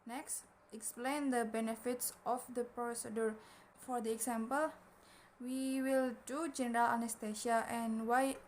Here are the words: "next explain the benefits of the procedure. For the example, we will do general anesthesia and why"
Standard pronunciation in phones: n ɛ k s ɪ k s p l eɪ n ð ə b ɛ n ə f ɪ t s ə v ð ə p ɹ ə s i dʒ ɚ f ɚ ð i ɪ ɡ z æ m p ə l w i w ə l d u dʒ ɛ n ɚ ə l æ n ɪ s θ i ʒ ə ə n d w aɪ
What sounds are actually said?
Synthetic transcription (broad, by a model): n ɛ k s ɪ k s p l eɪ n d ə b ɛ n ə f ɪ t s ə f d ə p ɹ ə s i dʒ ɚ f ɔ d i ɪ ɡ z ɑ m p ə l w i w ə l d u dʒ ɛ n ɚ ə l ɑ n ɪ s t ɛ ʃ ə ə n w aɪ